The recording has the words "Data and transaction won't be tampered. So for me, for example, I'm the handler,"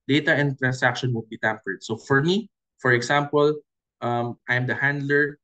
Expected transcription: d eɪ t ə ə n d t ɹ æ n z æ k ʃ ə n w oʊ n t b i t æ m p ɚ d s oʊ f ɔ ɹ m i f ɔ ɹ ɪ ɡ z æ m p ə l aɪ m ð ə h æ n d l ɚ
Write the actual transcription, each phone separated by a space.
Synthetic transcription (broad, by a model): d eɪ t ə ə n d t ɹ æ n s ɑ k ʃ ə n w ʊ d b i t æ m p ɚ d s oʊ f ɔ ɹ m i f ɔ ɹ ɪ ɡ s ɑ m p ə l aɪ m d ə h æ n d l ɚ